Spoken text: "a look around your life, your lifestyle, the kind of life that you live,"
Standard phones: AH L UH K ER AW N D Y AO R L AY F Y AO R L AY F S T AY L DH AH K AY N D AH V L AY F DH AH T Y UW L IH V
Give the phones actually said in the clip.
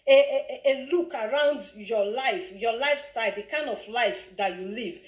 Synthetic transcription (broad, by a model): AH L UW K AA AW N D Y AO L AY F Y AO L AY F S T AY L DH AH K AY N D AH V L AY F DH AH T Y UW L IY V